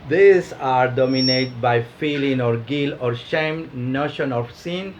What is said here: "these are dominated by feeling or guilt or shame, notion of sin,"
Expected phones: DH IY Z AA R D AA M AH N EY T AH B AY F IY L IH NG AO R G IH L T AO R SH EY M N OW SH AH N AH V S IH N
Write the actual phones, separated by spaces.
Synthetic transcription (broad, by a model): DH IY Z AA R D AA M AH N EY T B AY F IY L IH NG AO R G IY L AO R SH EY M N OW SH AH N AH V S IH N